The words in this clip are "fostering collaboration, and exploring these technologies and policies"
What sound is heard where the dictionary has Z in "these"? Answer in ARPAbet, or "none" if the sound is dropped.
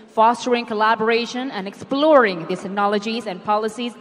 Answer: none